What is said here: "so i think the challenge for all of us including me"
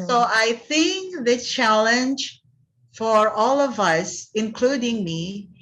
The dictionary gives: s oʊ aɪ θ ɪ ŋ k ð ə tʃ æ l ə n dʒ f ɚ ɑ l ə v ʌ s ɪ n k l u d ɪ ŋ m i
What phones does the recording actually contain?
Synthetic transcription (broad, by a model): s oʊ aɪ θ ɪ ŋ k ð ə tʃ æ l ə n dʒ f ɚ ɑ l ə v ʌ s ɪ n k l u d ɪ ŋ m i